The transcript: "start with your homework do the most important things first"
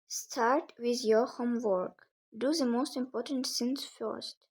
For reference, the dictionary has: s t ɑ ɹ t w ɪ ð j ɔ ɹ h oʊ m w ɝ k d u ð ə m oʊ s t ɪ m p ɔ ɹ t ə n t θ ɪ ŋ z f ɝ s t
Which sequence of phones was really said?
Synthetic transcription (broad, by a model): s t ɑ ɹ t w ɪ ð j ɔ ɹ h oʊ m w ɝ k d u ð ə m oʊ s t ɪ m p ɔ ɹ t ə n t s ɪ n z f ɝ s t